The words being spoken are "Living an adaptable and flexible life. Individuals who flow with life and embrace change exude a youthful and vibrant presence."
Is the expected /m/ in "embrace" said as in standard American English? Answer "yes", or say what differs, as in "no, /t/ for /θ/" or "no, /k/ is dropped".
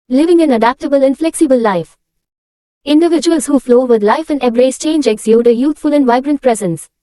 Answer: no, /m/ is dropped